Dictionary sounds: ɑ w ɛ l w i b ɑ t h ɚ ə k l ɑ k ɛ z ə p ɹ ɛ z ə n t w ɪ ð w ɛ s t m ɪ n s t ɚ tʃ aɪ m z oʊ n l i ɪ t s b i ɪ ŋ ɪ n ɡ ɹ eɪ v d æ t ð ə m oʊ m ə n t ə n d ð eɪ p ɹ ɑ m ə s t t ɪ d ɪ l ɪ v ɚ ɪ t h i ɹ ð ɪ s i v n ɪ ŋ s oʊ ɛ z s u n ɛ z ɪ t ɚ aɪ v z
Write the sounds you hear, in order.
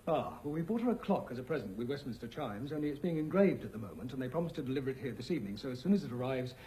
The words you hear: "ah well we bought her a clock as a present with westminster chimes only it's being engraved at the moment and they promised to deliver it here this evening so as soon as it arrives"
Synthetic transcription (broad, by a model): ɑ w ɛ l w i b ɑ t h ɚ ə k l ɑ k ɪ z ə p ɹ ɛ z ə n t w ɪ ð w ɛ s t m ɪ n s t ɚ tʃ aɪ m z oʊ n l i ɪ t s b i ɪ ŋ ɪ n ɡ ɹ eɪ v d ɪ t ð ə m oʊ m ə n t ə n ð eɪ p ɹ ɑ m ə s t t ɪ d ɪ l ɪ v ɚ ɪ t h i ɹ ð ɪ s i v n ɪ ŋ s oʊ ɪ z s u n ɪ z ɪ t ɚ aɪ v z